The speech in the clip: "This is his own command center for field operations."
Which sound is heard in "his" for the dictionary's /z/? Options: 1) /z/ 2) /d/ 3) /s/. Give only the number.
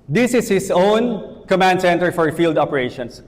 3